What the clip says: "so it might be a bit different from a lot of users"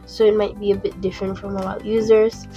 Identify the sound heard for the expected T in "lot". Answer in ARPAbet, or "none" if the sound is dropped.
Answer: none